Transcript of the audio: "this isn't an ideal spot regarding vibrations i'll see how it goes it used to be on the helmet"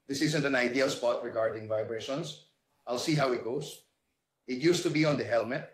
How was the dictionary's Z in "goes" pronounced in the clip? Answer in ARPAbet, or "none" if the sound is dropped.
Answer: S